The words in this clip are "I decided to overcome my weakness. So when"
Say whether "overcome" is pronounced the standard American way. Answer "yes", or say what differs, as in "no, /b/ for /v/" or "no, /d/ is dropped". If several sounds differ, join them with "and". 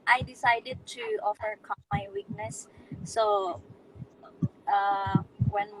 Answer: no, /f/ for /v/